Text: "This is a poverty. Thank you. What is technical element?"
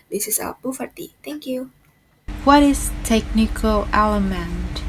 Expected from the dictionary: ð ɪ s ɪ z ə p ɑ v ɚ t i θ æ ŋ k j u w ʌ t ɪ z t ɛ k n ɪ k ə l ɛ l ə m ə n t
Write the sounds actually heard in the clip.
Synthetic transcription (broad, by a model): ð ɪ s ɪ s ə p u f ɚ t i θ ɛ ŋ k j u w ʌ t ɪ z t ɛ k n ɪ k ə l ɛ l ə m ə n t